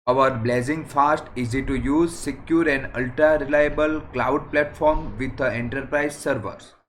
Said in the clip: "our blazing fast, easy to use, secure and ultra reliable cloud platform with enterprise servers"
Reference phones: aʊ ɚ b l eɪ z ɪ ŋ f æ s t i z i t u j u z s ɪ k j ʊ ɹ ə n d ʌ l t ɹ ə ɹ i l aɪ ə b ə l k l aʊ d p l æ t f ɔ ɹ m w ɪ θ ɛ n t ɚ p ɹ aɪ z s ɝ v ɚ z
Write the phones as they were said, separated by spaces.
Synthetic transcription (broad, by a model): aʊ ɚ b l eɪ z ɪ ŋ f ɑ s t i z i t u j u z s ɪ k j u ɹ ə n d ʌ l t ɹ ə ɹ i l aɪ ə b ə l k l aʊ d p l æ t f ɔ ɹ m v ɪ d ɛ n t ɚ p ɹ aɪ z s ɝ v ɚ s